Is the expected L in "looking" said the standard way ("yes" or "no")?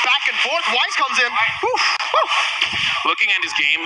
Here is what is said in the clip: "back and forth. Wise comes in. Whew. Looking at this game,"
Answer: no